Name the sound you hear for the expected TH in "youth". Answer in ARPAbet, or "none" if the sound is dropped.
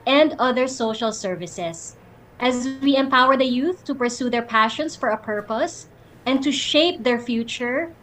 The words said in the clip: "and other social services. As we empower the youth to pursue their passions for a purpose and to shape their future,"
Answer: TH